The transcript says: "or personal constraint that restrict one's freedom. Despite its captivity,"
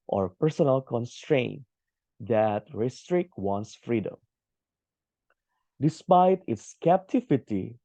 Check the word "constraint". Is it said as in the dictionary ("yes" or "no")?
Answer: yes